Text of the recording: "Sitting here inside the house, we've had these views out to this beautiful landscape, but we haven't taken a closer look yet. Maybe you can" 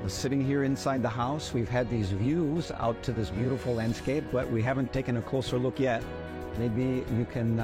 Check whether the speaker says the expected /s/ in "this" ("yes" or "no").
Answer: yes